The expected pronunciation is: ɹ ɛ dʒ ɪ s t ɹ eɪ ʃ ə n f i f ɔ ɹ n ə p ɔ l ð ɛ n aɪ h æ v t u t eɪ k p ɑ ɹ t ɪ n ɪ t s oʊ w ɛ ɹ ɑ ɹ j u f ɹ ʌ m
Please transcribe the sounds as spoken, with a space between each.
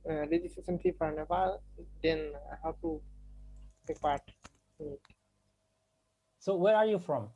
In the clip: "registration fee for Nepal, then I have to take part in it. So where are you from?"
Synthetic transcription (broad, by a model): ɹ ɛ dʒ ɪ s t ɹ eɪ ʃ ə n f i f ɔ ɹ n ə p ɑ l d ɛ n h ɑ w t u t eɪ k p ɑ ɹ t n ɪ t s oʊ w ɛ ɹ ɑ ɹ j u f ɹ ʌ m